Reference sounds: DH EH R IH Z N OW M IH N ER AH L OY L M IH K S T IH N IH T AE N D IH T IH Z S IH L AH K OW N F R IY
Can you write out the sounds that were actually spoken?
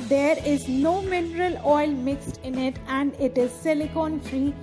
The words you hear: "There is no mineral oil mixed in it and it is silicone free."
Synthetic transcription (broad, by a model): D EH R IH Z N OW M IH N ER AH L OY L M IH K S T IH N IH T AE N D IH T IH Z S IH L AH K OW N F R IY